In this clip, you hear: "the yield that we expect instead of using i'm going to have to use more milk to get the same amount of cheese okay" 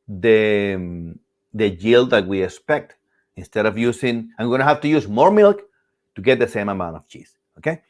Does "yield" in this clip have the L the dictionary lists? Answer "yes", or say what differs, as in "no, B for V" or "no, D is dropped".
yes